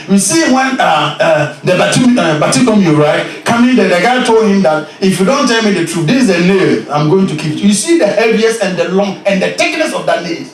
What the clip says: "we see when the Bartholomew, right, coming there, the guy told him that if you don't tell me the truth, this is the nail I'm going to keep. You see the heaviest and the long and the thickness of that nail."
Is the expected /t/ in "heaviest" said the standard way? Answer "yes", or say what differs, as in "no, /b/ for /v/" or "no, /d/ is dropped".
no, /t/ is dropped